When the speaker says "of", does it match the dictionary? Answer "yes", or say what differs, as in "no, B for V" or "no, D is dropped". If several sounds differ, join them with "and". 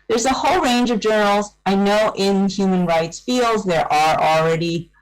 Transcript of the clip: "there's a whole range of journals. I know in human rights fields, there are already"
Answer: yes